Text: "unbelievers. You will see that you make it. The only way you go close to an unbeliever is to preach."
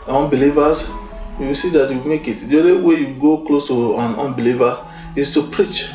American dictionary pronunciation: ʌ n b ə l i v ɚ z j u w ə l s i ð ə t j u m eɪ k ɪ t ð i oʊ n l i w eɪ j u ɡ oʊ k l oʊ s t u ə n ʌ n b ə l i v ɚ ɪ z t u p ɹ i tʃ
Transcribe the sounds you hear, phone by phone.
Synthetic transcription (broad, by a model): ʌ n b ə l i v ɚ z j u w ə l s i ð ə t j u m eɪ k ɪ t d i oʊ l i w eɪ j u ɡ oʊ k l oʊ s t u ə n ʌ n b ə l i v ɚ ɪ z t u p ɹ i tʃ